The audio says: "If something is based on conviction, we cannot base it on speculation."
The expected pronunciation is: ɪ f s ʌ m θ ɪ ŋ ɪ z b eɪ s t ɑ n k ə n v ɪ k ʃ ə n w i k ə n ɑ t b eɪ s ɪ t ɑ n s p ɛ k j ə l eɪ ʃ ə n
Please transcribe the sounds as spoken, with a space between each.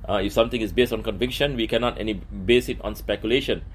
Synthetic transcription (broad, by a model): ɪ f s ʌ m t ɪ ŋ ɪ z b eɪ s t ɑ n k ə n v ɪ k ʃ ə n w i k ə n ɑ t b eɪ s ɪ t ɑ n s p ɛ k j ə l eɪ ʃ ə n